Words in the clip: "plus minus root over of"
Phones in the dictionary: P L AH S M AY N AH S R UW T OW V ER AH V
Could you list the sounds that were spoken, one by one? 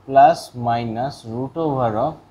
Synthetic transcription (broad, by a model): P L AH S M AY N AH S R UW T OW B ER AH